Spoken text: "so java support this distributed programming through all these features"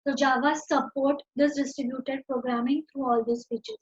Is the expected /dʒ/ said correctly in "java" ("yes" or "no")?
yes